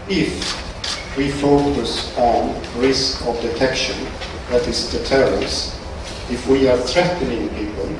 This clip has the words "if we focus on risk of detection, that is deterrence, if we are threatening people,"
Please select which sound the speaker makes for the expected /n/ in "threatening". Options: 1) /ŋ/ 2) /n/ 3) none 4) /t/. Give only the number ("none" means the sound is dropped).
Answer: 2